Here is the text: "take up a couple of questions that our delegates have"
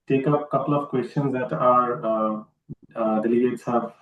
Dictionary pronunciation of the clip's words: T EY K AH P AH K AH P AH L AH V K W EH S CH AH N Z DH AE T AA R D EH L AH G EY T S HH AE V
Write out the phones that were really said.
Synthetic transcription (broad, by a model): T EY K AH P K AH P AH L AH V K W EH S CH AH N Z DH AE T AA R D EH L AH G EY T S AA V